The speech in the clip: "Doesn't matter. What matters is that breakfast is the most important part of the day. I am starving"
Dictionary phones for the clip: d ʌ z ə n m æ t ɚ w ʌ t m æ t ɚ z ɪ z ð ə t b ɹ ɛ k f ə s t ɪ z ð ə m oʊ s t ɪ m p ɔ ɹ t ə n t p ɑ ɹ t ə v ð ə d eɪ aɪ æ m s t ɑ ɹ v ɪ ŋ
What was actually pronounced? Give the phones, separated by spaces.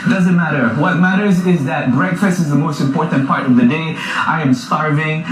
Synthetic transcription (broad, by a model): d ʌ z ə n m æ t ɚ w ʌ t m æ t ɚ z ɪ z ð ə t b ɹ ɛ k f ə s t ɪ z ð ə m oʊ s t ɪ m p ɔ ɹ t n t p ɑ ɹ t ə v ð ə d eɪ aɪ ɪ m s t ɑ ɹ v ɪ ŋ